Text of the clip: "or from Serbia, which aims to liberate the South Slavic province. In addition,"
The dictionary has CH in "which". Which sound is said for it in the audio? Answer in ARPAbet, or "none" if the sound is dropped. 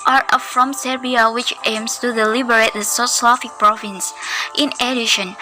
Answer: CH